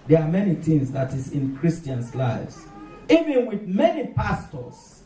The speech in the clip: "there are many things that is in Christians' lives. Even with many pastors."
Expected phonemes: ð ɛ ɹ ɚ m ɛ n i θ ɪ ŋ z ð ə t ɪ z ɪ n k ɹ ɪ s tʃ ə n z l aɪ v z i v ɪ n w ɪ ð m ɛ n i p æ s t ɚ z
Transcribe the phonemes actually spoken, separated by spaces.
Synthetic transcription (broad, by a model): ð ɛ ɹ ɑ m ɛ n i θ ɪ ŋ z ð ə t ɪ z ɪ n k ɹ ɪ s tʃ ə n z l aɪ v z i v ɪ n w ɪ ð m ɛ n i p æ s t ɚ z